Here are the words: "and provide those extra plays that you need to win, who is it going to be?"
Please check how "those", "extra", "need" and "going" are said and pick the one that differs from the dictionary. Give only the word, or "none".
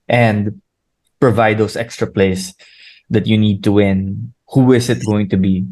those